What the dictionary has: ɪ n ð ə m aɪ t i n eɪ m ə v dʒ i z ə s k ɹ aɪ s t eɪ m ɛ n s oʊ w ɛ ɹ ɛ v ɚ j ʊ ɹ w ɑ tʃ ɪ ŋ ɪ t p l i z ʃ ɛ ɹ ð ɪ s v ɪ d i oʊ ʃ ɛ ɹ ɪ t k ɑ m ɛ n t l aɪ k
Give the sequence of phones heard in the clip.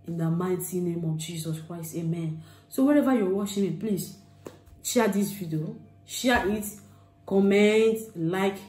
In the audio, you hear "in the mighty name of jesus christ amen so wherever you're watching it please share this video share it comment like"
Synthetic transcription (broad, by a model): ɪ n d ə m aɪ t i n eɪ m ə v dʒ i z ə s k ɹ aɪ s t eɪ m ɛ n s oʊ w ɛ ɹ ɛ v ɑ j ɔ w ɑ ʃ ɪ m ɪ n p l i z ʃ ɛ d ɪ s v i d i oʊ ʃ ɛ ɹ ɪ t k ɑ m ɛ n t l aɪ k